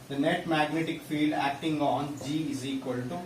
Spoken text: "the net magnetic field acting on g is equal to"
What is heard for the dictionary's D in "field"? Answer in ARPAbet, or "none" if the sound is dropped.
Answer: D